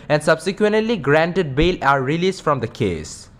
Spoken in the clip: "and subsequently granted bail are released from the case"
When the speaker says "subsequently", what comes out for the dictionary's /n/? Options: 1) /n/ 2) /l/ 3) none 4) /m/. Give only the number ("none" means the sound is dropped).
1